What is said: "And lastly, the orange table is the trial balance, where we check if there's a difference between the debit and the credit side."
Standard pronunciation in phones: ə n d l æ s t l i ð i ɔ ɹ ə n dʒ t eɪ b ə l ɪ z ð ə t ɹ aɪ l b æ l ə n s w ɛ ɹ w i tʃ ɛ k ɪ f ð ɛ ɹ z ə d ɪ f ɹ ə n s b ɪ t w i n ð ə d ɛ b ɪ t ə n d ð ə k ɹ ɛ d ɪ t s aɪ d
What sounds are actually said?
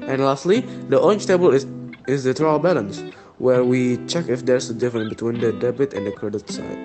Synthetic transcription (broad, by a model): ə n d l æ s t l i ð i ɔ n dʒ t eɪ b ə l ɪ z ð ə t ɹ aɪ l b æ l ə n s w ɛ ɹ w i tʃ ɛ k ɪ f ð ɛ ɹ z ə d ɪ f ɹ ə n b ɪ t w i n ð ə d ɛ b ɪ t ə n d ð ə k ɹ ɛ d ɪ t s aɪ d